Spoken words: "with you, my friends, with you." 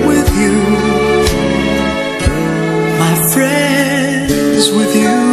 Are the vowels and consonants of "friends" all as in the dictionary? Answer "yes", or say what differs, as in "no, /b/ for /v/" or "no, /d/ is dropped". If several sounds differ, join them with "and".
yes